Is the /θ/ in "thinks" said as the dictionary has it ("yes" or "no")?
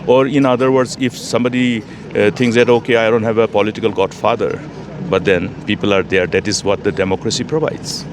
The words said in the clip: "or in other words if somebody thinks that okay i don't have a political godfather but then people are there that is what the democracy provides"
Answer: no